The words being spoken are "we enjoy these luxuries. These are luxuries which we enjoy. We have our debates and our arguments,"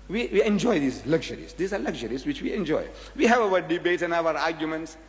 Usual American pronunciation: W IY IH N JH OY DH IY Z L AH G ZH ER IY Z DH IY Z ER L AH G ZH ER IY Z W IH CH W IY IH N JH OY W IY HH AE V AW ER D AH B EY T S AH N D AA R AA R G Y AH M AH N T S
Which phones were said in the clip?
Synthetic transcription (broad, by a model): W IY IH N JH OY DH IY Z L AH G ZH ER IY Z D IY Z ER L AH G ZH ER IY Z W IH CH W IY IH N JH OY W IY HH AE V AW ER D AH B EY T AH N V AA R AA R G Y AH M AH N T S